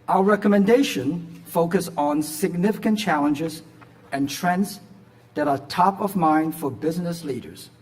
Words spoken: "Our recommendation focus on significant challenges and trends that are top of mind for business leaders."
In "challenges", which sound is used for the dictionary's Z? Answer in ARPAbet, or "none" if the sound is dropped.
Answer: Z